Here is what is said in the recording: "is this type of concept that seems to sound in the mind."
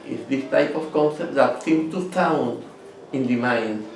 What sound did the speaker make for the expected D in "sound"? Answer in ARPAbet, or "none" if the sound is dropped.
none